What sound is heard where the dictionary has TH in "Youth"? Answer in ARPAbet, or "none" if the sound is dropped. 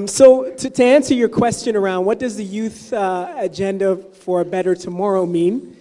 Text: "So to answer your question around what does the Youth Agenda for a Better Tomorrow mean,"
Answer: TH